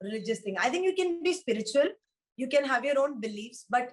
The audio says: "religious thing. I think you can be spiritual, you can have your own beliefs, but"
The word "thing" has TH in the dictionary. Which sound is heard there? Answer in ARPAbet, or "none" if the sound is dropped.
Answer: T